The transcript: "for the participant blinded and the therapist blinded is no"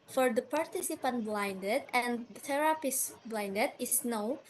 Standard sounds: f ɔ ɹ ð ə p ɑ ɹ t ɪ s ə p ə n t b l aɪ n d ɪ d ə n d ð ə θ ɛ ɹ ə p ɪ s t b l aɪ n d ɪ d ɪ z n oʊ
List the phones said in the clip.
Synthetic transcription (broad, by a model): f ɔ ɹ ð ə p ɑ ɹ t ɪ s ə p ə n t b l aɪ n d ɪ d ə n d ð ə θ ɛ ɹ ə p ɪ s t b l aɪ n d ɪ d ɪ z n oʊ